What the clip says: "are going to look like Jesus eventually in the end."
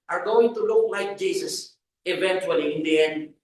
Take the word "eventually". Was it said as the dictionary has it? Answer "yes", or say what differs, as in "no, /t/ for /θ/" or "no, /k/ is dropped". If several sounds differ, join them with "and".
yes